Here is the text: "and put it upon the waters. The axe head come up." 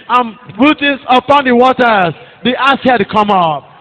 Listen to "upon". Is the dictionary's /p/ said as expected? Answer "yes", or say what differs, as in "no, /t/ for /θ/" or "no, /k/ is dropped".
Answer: yes